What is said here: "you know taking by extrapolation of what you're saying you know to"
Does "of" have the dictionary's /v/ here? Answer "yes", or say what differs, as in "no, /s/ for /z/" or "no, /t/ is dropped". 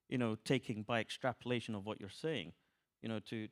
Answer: yes